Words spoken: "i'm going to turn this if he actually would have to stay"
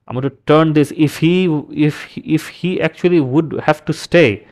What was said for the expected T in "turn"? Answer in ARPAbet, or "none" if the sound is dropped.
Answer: S